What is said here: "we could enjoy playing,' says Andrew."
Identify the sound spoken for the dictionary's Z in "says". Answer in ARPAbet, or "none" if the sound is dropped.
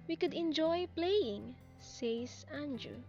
S